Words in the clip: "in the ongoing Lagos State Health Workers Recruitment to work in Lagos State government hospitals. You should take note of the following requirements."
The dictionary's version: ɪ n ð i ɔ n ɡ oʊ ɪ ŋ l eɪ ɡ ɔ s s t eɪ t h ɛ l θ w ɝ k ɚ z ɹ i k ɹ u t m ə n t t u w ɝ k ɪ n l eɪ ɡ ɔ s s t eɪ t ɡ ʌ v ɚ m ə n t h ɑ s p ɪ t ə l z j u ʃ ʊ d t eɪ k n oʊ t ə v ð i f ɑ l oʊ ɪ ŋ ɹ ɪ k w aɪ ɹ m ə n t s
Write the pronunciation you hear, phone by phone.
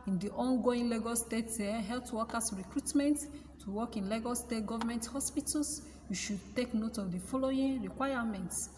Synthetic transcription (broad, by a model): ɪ n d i ɔ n ɡ oʊ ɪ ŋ l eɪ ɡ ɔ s s t eɪ t h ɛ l t w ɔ k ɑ s ɹ i k ɹ u t m ə n t t u w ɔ k ɪ n l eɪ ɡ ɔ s s t eɪ t ɡ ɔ v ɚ m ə n t h ɑ s p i t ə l s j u ʃ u d t eɪ k n oʊ t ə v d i f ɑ l oʊ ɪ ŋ ɹ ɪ k w aɪ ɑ m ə n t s